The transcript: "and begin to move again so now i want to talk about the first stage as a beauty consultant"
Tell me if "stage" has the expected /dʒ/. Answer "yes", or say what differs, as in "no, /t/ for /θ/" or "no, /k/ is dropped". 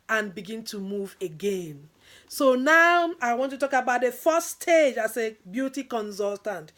yes